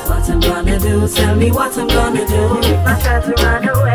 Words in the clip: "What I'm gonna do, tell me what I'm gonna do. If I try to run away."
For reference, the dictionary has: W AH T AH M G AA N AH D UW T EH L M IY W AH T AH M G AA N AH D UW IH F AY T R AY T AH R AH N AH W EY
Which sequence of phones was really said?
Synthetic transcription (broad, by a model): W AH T AH M G AA N AH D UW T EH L M IY W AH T AH M G AA N AH D UW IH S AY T IY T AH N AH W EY